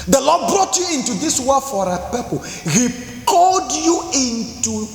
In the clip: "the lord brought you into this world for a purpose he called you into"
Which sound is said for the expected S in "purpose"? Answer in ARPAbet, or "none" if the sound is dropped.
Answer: none